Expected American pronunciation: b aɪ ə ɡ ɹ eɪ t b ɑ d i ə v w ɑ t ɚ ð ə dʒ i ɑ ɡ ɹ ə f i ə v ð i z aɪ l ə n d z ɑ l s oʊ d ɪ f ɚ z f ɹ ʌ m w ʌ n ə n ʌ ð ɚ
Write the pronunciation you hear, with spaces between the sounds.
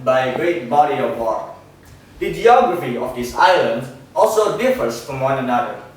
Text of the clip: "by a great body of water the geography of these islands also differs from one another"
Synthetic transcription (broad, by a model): b aɪ ə ɡ ɹ eɪ t b ɑ d i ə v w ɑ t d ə dʒ i ɑ ɡ ɹ ə f i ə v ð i s aɪ l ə n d ɑ l s oʊ d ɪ f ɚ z f ɹ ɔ m w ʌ n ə n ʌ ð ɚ